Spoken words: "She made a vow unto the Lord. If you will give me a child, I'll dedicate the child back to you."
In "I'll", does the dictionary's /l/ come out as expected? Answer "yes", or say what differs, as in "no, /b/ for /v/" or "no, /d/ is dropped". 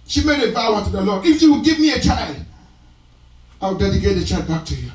no, /w/ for /l/